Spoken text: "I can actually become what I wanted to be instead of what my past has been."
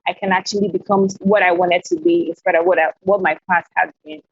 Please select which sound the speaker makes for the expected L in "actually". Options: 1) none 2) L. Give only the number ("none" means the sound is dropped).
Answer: 2